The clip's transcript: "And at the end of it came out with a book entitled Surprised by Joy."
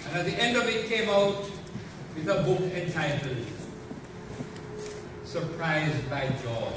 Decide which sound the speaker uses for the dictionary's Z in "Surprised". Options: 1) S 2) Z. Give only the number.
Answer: 2